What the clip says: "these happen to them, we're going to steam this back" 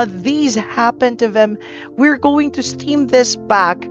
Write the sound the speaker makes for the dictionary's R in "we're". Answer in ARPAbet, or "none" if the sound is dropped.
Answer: R